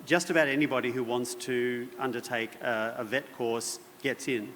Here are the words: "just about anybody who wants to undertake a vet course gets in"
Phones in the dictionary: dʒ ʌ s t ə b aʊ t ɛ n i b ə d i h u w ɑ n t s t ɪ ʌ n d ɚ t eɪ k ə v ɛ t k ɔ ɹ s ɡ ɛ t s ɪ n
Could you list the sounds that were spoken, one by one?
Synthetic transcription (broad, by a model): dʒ ʌ s t ə b aʊ t ɛ n i b ə d i h u w ɑ n t s t ɪ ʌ n d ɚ t eɪ k ə v ɛ t k ɔ ɹ s ɡ ɛ t s ɪ n